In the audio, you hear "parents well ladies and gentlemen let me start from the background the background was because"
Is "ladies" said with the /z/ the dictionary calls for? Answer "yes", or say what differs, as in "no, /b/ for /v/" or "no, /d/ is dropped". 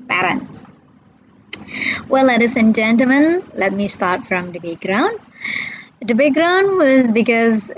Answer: no, /s/ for /z/